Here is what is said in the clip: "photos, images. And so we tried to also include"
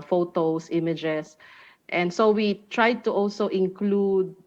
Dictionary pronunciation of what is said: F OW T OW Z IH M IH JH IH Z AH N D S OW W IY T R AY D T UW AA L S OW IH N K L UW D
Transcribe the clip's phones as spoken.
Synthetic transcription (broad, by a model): F OW T OW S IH M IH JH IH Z AH N D S OW W IY T R AY D T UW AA L S OW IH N K L UW D